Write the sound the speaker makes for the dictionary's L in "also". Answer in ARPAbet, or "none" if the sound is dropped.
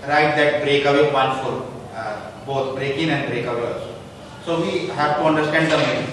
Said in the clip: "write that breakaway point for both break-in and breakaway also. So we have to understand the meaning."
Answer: none